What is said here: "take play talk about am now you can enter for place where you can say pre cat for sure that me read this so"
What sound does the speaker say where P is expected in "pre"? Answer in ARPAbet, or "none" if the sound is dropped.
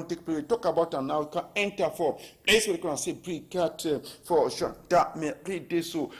B